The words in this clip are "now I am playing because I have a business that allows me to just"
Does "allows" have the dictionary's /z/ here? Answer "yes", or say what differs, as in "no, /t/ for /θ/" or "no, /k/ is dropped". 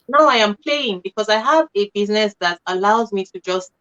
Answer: yes